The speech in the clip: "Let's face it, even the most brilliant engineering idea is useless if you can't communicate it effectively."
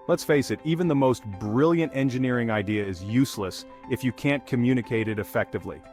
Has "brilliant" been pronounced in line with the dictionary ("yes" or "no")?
yes